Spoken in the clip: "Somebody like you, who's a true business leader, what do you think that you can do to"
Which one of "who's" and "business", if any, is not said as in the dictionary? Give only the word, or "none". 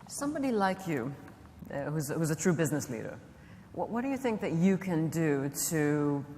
none